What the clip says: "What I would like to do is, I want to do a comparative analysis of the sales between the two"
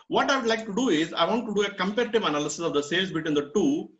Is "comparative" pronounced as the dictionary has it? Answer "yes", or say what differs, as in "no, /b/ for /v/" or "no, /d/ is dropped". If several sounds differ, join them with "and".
yes